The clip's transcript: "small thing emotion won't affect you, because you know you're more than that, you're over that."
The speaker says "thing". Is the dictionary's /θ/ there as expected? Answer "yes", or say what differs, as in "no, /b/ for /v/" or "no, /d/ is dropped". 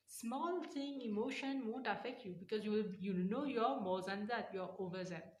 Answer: no, /t/ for /θ/